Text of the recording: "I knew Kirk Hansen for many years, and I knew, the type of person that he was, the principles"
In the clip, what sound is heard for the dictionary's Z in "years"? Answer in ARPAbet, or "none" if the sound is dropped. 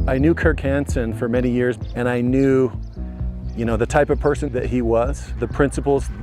Z